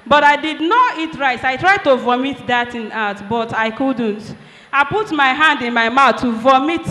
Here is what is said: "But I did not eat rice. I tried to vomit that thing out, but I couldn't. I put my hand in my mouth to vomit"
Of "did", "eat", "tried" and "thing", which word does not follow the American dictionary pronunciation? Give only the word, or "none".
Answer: thing